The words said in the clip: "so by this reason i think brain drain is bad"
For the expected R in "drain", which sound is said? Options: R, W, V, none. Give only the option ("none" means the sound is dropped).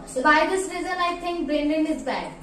none